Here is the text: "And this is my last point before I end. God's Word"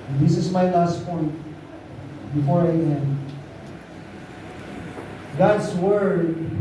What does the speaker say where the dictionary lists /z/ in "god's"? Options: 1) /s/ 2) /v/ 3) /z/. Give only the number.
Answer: 1